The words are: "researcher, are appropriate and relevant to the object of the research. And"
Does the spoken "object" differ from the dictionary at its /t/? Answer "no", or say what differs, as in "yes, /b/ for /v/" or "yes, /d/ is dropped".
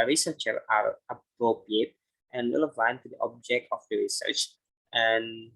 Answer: no